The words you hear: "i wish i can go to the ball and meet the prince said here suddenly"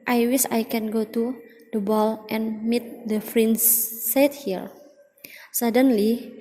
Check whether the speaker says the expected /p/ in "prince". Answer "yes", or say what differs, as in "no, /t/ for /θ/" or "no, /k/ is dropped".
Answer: no, /f/ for /p/